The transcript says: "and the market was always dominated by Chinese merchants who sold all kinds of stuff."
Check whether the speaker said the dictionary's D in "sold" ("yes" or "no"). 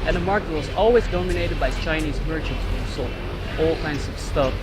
no